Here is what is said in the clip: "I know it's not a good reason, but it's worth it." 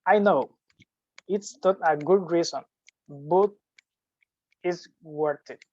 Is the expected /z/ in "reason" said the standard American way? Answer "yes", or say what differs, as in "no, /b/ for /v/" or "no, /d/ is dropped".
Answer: no, /s/ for /z/